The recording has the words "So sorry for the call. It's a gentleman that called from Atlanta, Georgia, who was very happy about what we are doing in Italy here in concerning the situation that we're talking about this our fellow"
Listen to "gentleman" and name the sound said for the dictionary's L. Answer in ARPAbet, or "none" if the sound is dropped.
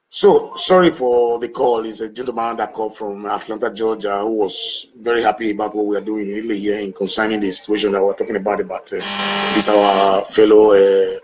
none